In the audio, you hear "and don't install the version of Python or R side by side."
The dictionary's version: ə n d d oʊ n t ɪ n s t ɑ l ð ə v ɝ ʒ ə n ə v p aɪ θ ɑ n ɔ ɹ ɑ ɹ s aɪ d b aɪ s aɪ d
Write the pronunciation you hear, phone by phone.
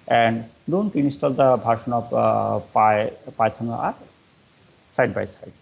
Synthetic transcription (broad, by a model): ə n d d oʊ n t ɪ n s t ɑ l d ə b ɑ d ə n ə p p aɪ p ɑ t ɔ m ɑ ɹ s aɪ d b aɪ s aɪ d